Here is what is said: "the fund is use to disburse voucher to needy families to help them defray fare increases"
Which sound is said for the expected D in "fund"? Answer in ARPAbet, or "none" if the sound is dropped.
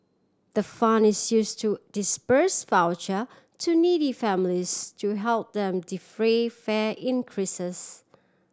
none